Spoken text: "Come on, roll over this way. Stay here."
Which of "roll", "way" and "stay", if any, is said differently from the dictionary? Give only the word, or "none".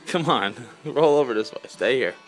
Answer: none